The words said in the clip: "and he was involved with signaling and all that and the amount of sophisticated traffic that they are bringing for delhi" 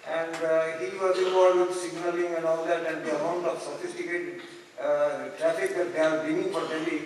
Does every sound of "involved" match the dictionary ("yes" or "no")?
no